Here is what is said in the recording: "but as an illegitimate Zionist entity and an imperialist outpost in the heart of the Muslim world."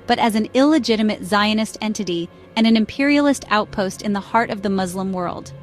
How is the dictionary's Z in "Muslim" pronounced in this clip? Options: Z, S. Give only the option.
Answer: Z